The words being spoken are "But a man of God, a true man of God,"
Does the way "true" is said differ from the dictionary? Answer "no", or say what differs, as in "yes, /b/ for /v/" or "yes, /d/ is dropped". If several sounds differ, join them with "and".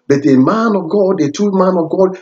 yes, /ɹ/ is dropped